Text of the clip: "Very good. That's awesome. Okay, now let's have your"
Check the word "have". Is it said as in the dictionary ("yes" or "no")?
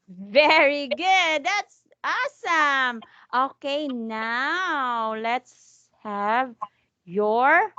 yes